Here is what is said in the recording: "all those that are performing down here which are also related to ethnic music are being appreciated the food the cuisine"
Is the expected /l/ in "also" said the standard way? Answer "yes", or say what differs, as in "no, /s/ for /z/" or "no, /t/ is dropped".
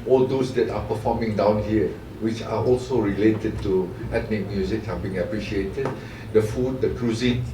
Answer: yes